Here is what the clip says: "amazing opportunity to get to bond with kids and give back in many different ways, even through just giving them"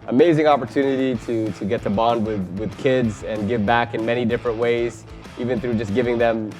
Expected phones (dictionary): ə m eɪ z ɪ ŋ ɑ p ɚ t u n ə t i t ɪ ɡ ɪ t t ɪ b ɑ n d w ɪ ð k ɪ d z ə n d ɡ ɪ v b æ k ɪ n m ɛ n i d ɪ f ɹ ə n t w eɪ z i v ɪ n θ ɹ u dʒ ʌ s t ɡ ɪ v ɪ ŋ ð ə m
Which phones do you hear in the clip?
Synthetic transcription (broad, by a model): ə m eɪ z ɪ ŋ ɑ p ɚ t u n ə t i t ɪ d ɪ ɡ t ɪ b ɑ n d w ɪ ð k ɪ d z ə n ɡ ɪ v b æ k ɪ n m ɛ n i d ɪ f ɹ ə n t w eɪ z i v ɪ n θ ɹ u dʒ ʌ s ɡ ɪ v ɪ ŋ ð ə m